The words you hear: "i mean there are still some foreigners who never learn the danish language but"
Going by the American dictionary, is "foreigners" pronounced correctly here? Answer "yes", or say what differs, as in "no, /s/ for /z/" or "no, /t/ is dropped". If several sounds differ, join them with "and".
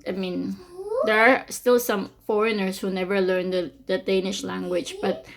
no, /s/ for /z/